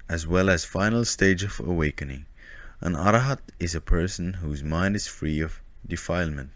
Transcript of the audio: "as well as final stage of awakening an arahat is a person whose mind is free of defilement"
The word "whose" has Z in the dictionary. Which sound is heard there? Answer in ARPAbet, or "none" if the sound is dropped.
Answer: Z